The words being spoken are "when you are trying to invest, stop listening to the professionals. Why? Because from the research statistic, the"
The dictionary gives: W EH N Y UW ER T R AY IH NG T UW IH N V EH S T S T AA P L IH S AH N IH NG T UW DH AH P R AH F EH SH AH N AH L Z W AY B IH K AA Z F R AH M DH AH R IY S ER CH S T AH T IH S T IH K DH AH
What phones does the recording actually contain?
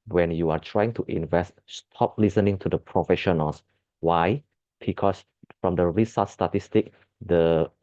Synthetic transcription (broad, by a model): W EH N Y UW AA T R AY IH NG T UW IH N V EH S T S T AA P L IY S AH N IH NG T UW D AH P R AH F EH SH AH N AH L S W AY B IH K AA S F R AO M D AH R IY S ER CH S T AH T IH S T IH K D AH